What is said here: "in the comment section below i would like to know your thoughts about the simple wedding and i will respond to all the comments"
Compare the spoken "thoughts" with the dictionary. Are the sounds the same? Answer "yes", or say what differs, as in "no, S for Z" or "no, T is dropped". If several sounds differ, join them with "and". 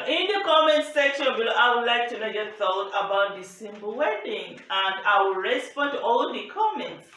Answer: no, S is dropped